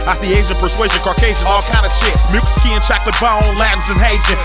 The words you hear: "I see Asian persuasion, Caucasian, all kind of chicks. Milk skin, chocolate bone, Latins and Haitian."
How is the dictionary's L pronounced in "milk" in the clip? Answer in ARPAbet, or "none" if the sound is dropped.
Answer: none